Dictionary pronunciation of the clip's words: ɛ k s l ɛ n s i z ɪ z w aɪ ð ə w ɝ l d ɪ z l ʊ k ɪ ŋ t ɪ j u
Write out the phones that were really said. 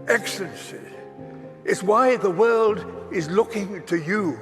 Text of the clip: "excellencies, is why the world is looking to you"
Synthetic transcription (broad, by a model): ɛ k s l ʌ n s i ɪ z w aɪ ð ə w ɝ l d ɪ z l ʊ k ɪ ŋ t ɪ j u